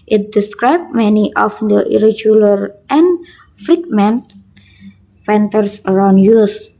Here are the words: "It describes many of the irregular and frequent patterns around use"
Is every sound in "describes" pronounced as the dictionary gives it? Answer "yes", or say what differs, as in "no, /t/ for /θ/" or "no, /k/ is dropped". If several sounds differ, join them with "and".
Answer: no, /z/ is dropped